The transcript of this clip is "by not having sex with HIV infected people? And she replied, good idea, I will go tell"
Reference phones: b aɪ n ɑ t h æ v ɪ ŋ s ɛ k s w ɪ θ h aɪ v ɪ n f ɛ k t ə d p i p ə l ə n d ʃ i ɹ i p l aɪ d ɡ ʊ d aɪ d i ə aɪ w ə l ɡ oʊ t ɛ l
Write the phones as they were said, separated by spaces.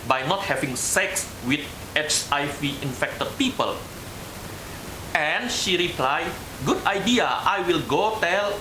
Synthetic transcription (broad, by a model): b aɪ n ɑ t h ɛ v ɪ ŋ s ɛ k s w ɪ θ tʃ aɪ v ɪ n f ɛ k t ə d p i p ə l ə n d ʃ i ɹ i p l aɪ ɡ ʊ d aɪ d i ə aɪ w ə l ɡ oʊ t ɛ l